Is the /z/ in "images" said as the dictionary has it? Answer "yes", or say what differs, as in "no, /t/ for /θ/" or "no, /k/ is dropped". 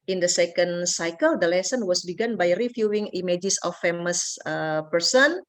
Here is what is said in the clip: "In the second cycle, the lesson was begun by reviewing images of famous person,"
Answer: no, /s/ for /z/